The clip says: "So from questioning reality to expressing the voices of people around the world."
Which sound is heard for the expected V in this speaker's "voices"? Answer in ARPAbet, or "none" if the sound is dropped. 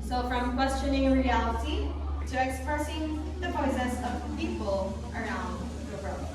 P